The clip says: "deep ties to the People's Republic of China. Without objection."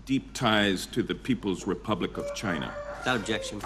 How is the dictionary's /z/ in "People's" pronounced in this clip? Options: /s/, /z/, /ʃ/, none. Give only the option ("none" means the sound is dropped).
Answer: /z/